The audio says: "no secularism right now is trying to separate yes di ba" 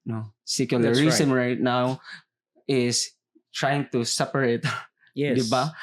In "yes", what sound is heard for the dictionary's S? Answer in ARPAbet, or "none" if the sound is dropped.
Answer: none